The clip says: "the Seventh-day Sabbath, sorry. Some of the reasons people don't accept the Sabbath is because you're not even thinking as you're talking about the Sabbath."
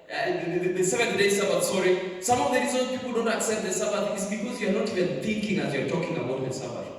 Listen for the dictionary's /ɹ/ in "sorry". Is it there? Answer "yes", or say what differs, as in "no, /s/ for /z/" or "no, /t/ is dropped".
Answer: yes